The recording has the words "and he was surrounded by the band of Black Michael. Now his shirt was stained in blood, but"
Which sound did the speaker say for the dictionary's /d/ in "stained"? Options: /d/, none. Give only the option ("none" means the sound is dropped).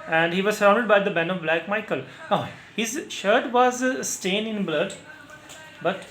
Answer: none